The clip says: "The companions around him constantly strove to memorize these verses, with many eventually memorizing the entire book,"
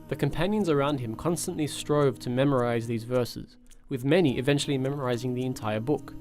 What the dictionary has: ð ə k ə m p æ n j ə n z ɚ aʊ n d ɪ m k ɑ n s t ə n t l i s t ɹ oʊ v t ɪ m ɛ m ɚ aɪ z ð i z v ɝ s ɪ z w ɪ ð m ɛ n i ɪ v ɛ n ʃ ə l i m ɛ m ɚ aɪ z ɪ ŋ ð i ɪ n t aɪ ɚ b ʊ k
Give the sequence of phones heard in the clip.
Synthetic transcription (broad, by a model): ð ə k ə m p æ n j ə n z ɚ aʊ n d ɪ m k ɑ n s t ə n t l i s t ɹ oʊ v t ɪ m ɛ m ɚ aɪ z ð i z v ɝ s ɪ z w ɪ ð m ɛ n i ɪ v ɛ n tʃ l i m ɛ m ɚ aɪ z ɪ ŋ ð i ɪ n t aɪ ɚ b ʊ k